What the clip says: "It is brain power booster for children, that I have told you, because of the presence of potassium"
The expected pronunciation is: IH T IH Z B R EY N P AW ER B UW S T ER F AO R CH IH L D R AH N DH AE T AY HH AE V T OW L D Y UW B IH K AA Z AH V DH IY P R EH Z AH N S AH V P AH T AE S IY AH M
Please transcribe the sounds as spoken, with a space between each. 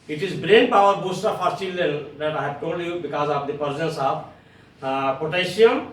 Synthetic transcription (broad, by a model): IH T IH Z B R EY N P AW ER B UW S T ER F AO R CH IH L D AH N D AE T AY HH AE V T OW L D Y UW B IH K AA Z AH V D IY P R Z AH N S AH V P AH T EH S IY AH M